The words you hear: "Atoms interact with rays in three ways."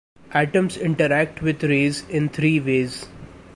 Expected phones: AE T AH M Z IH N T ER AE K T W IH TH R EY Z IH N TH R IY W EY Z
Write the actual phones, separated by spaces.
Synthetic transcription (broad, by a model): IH T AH M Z IH N T ER AE K T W IH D R EY Z IH N T R IY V EY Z